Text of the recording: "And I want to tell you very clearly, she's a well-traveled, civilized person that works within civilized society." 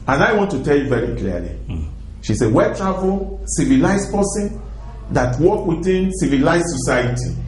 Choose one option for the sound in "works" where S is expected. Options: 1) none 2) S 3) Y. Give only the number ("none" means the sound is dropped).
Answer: 1